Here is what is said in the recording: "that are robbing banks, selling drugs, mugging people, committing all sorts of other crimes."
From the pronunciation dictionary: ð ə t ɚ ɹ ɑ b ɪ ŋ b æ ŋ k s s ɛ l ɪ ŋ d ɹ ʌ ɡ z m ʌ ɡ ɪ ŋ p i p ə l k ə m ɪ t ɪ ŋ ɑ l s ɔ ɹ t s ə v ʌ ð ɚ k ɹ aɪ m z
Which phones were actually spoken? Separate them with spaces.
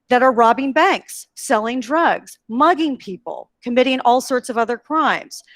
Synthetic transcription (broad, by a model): ð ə t ɚ ɹ ɑ b ɪ ŋ b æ ŋ k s s ɛ l ɪ ŋ d ɹ ʌ ɡ z m ʌ ɡ ɪ ŋ p i p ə l k ə m ɪ t ɪ ŋ ɑ l s ɔ ɹ t s ə v ʌ ð ɚ k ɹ aɪ m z